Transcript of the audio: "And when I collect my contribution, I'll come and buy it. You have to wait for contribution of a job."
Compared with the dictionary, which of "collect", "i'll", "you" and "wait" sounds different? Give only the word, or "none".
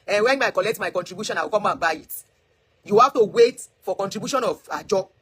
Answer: i'll